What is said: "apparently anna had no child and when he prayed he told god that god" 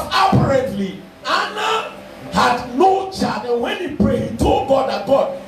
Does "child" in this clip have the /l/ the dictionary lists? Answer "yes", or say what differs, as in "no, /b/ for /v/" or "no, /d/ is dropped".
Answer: no, /l/ is dropped